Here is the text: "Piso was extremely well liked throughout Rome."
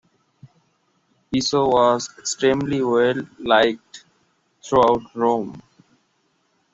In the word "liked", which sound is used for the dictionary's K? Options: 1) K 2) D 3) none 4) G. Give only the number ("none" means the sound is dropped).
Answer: 1